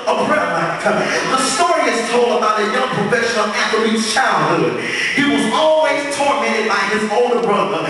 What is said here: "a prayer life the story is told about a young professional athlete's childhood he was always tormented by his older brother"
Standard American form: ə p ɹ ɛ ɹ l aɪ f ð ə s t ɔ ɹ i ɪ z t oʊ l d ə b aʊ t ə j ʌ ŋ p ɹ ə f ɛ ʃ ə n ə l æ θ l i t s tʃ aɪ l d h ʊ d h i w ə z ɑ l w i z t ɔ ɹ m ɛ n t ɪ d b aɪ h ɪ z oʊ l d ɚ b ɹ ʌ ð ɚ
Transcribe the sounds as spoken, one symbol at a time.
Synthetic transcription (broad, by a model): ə b ɹ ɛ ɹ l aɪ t ð ə s t ɔ ɹ i ɪ z t oʊ l d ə b aʊ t ə j ʌ ŋ p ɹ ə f ɛ ʃ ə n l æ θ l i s tʃ aɪ l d h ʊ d h i w ə z ɑ l w i z t ɔ ɹ m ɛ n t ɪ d b aɪ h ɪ z oʊ l d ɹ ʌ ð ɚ